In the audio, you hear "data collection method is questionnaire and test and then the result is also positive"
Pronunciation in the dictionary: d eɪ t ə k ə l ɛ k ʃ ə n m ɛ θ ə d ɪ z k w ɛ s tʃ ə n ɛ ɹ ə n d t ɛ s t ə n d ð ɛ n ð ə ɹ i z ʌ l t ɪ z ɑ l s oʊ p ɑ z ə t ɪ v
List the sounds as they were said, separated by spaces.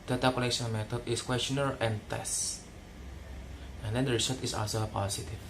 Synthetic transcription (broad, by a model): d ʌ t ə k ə n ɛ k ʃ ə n m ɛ t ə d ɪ s k w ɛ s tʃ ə n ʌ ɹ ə n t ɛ s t ə n d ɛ n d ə ɹ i s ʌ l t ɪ s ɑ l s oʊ p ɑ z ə t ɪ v